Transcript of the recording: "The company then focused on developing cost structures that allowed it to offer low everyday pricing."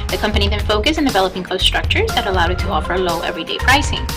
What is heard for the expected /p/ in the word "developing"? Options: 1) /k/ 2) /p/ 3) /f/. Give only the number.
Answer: 2